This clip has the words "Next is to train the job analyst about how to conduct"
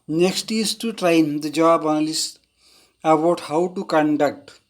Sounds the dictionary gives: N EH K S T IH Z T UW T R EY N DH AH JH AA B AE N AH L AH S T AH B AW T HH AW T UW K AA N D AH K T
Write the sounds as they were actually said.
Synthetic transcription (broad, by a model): N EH K S T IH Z T UW T R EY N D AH JH AA B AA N L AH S AH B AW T HH AW T UW K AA N D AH K T